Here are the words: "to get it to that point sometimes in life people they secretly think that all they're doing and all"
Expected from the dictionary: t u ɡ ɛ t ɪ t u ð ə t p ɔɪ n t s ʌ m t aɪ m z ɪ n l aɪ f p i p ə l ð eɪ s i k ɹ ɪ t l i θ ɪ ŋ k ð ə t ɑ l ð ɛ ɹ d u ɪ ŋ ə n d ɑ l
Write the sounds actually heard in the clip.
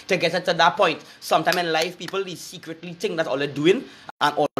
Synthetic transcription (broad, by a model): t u ɡ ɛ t ɪ t u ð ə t p ɔɪ n t s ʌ m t aɪ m s ɪ n l aɪ f p i p ə l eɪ s i k ɹ ɪ t l i t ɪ ŋ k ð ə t ɑ l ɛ d u ɪ ŋ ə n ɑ